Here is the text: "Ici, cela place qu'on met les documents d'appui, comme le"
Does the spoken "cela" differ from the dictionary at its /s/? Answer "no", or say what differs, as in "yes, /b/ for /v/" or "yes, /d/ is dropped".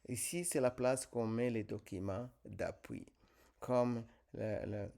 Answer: no